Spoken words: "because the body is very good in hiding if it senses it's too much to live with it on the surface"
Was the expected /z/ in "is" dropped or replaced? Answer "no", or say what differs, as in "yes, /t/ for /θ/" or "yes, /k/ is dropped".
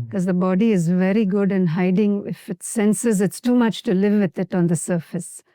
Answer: no